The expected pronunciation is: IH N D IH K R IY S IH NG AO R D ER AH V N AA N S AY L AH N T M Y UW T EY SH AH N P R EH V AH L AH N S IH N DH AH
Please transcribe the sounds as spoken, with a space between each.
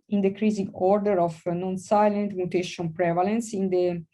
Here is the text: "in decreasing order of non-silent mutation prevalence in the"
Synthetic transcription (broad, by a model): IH N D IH K R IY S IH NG AO R D ER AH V N AA N S AY L AH N T M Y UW T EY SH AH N P R EH V AH L AH N S IH N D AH